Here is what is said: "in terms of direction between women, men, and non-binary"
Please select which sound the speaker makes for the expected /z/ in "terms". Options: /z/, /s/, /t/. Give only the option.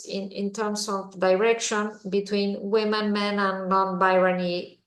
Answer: /s/